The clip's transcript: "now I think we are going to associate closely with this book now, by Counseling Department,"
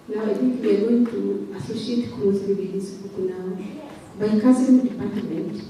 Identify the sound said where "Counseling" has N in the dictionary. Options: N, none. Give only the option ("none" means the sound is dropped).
none